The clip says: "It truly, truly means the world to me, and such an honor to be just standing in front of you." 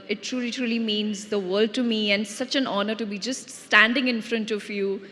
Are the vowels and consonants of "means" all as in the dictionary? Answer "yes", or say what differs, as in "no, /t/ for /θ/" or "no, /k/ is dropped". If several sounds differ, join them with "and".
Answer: yes